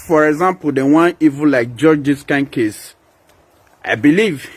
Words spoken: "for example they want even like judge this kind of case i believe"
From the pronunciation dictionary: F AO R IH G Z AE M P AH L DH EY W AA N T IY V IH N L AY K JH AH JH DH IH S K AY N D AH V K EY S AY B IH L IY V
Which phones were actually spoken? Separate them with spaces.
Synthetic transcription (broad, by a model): F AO R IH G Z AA M P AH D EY W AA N IY V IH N L AY K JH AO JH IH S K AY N K EY S AY B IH L IY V